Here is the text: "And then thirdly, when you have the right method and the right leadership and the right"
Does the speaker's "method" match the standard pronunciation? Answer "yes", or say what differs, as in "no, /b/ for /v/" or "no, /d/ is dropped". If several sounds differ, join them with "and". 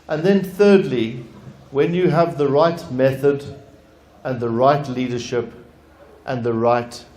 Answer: yes